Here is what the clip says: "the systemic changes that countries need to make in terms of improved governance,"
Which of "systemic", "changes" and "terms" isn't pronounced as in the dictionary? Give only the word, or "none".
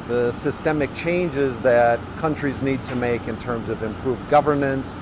none